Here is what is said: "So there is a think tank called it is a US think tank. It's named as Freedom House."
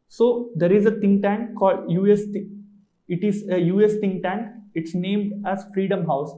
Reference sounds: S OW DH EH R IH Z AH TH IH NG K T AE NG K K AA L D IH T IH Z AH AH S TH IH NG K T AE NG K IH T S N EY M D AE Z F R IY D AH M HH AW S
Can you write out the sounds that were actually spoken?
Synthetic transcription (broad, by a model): S OW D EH R IH Z AH T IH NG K T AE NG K K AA L D IH T IH Z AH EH S T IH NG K T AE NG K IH T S N EY M D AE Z F R IY D AH M HH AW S